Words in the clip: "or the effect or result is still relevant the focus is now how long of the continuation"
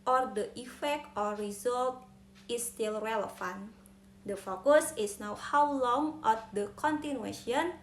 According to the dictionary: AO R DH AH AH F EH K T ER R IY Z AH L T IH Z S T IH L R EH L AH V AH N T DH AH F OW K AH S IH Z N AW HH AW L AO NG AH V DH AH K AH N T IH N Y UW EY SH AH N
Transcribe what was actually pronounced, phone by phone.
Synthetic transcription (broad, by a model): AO R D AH AH F EH K T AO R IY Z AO L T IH S T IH L R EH L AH F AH N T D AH F OW K AH S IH S N AW HH AW L AO NG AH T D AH K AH N T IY N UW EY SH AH N